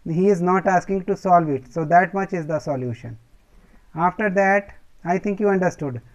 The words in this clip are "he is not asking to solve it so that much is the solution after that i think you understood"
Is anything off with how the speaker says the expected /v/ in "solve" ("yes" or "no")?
no